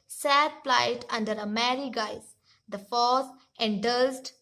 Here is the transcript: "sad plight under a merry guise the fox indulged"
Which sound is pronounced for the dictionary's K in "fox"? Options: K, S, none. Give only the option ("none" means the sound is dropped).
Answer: none